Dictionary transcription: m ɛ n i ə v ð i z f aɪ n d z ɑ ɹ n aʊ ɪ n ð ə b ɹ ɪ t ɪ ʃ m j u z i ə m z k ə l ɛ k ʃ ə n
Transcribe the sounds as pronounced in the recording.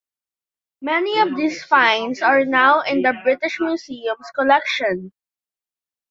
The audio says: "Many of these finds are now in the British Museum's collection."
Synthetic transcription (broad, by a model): m ɛ n i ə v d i s f aɪ n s ɑ ɹ n aʊ ɪ n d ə b ɹ ɪ t ɪ ʃ m j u s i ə m s k ə l ɛ k ʃ ə n